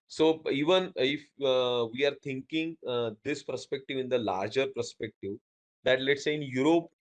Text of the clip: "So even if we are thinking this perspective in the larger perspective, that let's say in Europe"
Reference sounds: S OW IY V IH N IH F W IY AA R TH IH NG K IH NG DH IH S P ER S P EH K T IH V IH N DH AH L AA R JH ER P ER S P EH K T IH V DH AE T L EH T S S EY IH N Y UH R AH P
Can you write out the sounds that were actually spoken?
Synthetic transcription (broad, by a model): S OW IY V IH N IH F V IY AA R T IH NG K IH NG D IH S P ER S P EH K T IH V IH N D AH L AA R JH ER P ER S P EH K T IH V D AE T L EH T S S EY IH N Y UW R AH P